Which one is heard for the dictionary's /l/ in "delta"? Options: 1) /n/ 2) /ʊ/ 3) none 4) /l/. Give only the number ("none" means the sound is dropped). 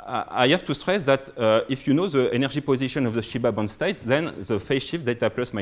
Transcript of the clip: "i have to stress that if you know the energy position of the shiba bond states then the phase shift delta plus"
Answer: 3